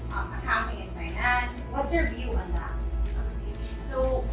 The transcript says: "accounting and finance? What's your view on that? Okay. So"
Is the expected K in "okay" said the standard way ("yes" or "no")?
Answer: no